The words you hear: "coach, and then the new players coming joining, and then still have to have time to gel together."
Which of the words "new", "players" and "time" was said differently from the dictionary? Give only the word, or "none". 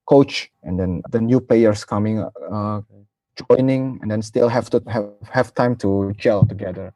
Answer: players